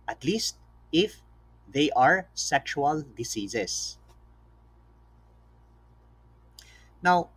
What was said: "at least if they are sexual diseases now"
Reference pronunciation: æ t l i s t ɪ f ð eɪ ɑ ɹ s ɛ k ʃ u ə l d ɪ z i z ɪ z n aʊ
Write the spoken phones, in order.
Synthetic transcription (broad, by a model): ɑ t l i s t ɪ f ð eɪ ɑ ɹ s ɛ k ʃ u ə l d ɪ s i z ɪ s n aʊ